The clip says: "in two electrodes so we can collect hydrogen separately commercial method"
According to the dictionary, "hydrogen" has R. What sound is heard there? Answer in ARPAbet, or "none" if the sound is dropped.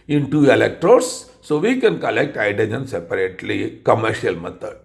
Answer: none